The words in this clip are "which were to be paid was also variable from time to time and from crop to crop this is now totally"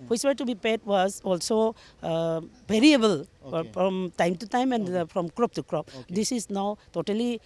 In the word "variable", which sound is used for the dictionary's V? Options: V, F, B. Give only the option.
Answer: B